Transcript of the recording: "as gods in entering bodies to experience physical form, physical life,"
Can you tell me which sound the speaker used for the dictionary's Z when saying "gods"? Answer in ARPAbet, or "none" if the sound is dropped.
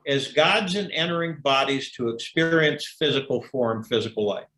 Z